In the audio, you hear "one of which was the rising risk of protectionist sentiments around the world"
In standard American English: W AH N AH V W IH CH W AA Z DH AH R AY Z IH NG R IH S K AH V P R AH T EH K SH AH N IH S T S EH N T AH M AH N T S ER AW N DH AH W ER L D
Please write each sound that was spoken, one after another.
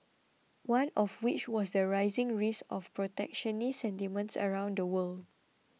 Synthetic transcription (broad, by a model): W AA N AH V W IH CH W AA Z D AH R AY Z IH NG R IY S AH F P R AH T EH K SH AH N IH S S EH N T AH M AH N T S ER AW N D AH W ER L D